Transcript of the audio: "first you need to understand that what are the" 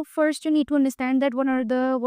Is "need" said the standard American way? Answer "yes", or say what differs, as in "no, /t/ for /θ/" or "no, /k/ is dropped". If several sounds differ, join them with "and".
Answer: yes